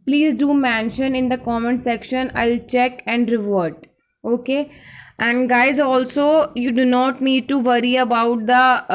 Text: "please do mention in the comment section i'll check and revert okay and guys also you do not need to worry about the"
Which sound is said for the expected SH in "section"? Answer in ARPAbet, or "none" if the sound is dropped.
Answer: SH